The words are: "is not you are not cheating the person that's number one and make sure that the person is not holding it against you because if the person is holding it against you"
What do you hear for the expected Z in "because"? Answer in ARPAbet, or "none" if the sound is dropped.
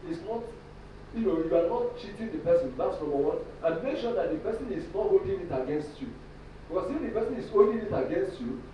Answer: S